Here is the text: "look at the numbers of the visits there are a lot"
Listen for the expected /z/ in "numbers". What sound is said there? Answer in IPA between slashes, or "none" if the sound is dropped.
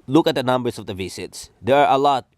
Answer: /s/